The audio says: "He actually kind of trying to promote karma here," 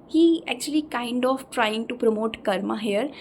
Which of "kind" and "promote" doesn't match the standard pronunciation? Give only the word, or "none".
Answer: none